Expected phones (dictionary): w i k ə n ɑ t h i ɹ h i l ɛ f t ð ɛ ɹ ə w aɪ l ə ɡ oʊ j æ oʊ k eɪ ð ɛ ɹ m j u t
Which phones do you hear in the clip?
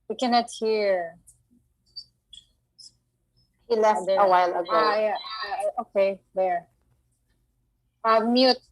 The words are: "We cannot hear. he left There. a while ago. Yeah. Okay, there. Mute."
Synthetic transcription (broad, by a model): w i k ə n ɑ t h i ɹ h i l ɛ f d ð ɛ ə w aɪ l ə ɡ oʊ j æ oʊ k eɪ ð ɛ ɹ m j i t